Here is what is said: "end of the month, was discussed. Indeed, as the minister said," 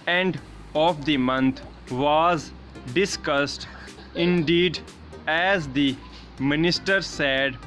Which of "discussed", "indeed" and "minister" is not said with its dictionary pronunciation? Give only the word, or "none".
none